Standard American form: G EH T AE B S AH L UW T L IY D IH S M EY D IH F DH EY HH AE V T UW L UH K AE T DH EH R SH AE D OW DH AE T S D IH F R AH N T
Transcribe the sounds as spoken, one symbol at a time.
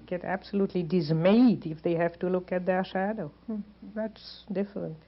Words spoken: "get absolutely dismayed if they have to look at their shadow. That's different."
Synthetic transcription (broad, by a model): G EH T AE B S AH L UW T L IY D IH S M EY D IH F DH EY HH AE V T UW L UH K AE T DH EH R SH AE D OW DH AE T S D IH F R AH N T